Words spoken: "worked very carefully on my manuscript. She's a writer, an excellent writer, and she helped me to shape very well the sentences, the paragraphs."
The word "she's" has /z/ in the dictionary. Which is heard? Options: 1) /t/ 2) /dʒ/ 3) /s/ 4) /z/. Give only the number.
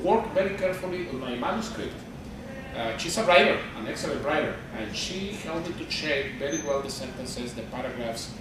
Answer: 3